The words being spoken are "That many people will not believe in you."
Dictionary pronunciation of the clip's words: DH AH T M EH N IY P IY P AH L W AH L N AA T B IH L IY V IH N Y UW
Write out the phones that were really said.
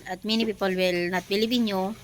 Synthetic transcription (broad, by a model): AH T M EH N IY P IY P AH L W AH L N AA T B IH L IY B IH N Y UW